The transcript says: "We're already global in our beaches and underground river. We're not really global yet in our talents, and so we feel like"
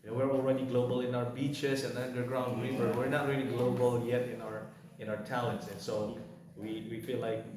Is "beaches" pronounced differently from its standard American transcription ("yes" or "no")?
yes